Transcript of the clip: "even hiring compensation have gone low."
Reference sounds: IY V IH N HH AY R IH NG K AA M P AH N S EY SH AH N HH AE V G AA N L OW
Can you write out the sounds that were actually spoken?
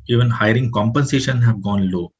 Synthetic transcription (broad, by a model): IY V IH N HH AY R IH NG K AA M P AH N S EY SH AH N HH AE V G AA N L OW